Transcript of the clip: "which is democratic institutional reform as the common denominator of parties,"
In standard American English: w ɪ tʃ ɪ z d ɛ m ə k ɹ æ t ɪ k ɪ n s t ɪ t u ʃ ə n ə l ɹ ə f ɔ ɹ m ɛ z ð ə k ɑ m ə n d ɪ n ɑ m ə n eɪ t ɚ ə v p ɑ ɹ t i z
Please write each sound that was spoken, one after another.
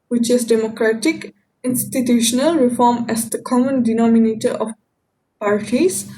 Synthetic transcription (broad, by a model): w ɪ tʃ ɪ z d ɛ m ə k ɹ æ t ɪ k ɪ n s t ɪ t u ʃ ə n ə l ɹ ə f ɔ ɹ m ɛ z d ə k ɑ m ə n d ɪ n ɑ m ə n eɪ t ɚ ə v p ɑ ɹ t i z